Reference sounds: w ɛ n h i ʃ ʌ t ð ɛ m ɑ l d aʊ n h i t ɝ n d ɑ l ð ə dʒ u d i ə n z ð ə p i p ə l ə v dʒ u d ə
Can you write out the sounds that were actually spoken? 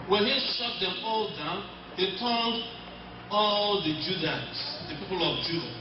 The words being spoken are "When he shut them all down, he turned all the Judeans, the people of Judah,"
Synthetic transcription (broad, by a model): w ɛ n h i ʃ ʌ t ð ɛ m ɑ l d aʊ n h i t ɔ l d ɑ l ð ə dʒ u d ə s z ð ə p i p ə l ə v dʒ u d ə